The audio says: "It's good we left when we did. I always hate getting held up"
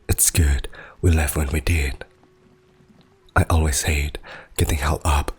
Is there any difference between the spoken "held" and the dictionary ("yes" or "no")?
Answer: yes